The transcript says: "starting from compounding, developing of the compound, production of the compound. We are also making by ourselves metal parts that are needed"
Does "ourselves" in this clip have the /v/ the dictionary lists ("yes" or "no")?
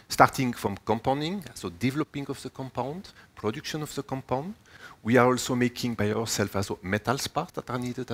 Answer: no